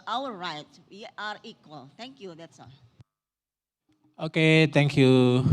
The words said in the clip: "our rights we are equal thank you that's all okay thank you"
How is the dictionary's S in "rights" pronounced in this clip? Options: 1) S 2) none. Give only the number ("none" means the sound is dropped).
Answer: 2